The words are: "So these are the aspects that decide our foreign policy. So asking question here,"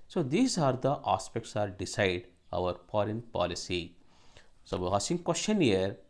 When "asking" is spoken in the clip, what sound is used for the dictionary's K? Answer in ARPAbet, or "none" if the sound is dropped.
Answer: none